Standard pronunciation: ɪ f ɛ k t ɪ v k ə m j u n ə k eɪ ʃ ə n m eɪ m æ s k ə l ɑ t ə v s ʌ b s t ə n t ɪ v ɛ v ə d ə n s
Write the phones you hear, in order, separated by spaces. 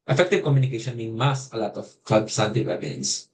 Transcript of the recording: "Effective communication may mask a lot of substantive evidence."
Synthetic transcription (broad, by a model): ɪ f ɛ k t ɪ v k ə m j u n ə k eɪ ʃ ə n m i m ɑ s ə l ɑ t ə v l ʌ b s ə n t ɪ w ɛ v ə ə n s